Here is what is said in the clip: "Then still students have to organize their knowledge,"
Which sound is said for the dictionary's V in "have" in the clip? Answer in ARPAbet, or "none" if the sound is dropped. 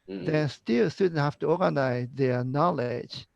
F